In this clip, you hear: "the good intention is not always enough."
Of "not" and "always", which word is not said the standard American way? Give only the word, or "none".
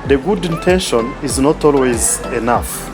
none